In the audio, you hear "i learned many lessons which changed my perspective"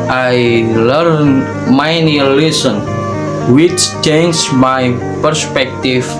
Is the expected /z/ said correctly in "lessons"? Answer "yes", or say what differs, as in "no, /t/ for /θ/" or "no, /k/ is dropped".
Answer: no, /z/ is dropped